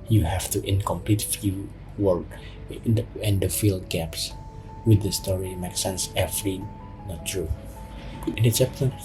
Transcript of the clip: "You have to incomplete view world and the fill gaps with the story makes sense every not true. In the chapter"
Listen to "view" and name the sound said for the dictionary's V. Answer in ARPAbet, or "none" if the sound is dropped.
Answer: F